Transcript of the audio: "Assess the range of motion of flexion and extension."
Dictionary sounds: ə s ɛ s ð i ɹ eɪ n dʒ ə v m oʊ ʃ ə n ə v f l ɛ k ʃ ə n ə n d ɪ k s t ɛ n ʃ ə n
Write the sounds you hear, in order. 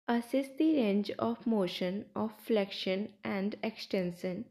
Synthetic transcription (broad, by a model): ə s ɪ s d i ɹ eɪ n dʒ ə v m oʊ ʃ ə n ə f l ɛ k ʃ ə n ə n d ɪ k s t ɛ n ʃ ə n